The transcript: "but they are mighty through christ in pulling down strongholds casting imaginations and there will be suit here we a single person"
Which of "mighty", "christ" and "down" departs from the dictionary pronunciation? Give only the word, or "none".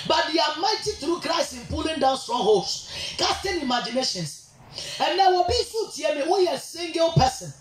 christ